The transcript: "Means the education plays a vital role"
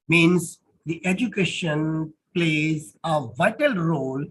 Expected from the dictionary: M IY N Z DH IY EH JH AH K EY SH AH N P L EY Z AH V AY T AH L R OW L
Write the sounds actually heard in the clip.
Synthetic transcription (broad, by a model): M IY N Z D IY EH JH AH K EY SH AH N P L EY Z AH V AY T AH L R OW L